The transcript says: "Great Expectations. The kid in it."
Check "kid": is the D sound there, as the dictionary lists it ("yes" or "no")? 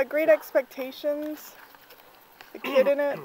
yes